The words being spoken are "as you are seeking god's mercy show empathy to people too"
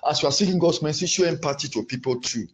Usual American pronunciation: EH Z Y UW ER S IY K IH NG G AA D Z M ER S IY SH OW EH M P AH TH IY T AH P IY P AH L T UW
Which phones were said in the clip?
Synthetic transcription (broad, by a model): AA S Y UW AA S IY K IH NG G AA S M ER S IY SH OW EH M P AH T IY T AH P IY P AH L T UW